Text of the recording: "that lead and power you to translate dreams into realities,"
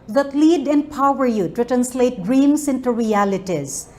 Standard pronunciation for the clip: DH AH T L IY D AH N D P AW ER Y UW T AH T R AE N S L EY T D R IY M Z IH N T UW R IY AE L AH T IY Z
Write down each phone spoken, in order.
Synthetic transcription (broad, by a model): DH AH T L IY D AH N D P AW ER Y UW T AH T R AE N S L EY T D R IY M S IH N T UW R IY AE L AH T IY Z